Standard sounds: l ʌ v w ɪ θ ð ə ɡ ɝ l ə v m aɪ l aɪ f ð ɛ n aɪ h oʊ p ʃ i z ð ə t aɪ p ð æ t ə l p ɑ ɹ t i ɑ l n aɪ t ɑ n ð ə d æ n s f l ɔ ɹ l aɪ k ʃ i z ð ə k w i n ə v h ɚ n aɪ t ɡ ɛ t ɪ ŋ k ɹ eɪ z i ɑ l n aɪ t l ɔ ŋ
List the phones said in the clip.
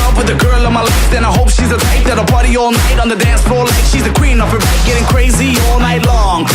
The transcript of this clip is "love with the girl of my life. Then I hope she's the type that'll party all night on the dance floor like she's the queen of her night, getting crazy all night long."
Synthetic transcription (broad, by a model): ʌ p w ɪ ð ə ɡ ɝ l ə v m aɪ l aɪ f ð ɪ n aɪ h oʊ p ʃ i z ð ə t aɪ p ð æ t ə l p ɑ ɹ t i ɑ l n aɪ t n ð ə d æ n s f ɔ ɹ l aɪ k ʃ i z ð ə k w i n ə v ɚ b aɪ ɡ ɛ t ɪ ŋ k ɹ eɪ z i ɑ l n aɪ t l ɔ ŋ